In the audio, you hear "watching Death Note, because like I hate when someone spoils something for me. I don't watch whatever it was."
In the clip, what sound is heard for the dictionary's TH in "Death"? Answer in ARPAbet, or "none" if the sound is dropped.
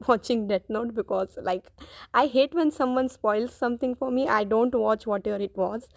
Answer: T